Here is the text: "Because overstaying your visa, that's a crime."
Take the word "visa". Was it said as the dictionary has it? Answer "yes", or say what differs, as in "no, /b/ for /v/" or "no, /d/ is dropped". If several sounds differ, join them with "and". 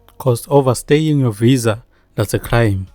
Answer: yes